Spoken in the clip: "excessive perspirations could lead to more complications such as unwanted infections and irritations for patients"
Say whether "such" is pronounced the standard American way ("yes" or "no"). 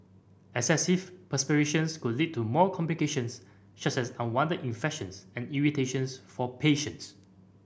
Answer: no